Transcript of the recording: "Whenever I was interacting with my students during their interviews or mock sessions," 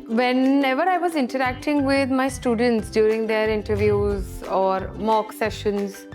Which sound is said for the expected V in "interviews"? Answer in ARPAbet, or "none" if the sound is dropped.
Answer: V